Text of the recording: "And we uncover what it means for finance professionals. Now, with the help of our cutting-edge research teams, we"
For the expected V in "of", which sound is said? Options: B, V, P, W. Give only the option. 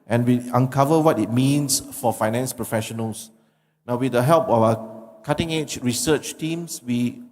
W